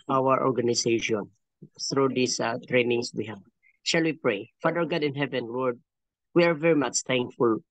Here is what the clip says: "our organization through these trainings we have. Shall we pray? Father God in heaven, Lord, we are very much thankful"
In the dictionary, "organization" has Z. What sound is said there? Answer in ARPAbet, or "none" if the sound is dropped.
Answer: S